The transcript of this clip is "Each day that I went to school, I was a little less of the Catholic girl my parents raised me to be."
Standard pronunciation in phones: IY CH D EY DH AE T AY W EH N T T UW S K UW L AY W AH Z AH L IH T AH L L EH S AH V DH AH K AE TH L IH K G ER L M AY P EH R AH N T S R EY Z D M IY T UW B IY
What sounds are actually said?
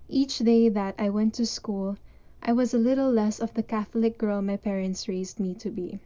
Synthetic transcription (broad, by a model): IY CH D EY DH AE T AY W EH N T T UW S K UW L AY W AH Z AH L IH T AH L L EH S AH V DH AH K AE TH L IH K G ER L M AY P EH R AH N T S R EY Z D M IY T UW B IY